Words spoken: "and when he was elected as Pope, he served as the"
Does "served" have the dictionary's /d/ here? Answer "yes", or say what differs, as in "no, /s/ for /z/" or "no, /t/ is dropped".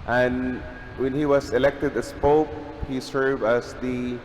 no, /d/ is dropped